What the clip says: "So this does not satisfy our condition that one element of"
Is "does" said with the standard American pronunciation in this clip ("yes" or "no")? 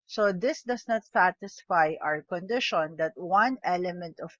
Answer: no